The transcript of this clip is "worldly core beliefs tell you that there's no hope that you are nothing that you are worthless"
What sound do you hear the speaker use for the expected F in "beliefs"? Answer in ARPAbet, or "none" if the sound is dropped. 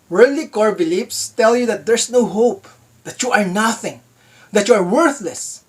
P